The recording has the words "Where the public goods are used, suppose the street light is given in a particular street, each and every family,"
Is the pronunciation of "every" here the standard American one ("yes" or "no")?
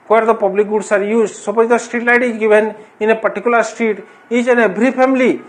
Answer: no